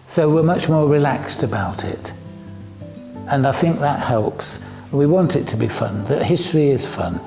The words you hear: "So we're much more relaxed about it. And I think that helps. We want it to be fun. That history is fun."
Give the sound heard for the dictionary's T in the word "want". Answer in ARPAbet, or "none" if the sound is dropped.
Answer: T